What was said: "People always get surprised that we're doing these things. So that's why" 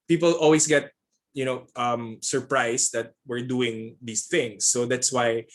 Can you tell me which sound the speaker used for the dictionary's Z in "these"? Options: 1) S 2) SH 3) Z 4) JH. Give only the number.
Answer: 1